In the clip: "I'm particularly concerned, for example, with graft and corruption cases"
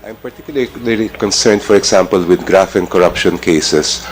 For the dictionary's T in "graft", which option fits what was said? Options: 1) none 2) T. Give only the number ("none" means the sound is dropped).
1